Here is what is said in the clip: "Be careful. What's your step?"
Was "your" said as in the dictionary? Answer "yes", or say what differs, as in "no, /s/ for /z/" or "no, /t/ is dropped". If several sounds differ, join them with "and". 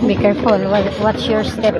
yes